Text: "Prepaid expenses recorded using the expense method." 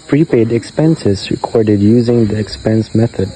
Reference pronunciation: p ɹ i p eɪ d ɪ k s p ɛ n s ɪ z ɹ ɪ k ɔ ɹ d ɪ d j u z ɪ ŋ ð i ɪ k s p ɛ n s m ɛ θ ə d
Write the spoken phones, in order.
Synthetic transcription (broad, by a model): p ɹ i p eɪ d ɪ k s p ɛ n s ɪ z ɹ ɪ k ɔ ɹ d ɪ d j u z ɪ ŋ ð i ɪ k s p ɛ n s m ɛ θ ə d